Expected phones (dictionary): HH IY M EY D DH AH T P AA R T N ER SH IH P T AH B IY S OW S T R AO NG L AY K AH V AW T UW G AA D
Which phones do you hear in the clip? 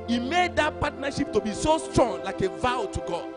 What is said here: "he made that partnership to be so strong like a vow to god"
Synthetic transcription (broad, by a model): IY M EY D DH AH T P AA T N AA SH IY P T AH B IY S OW S T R AO NG L AY K AH V AW T UW G AA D